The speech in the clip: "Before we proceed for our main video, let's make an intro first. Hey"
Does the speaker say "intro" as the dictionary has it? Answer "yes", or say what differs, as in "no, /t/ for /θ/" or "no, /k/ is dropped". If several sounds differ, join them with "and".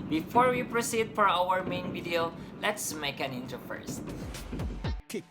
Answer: no, /ɹ/ is dropped